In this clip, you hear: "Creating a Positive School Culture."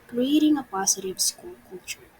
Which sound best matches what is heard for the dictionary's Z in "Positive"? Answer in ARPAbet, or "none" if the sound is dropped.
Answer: S